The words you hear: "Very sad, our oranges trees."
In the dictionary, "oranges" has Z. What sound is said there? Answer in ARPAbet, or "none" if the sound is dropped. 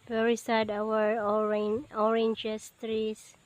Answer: S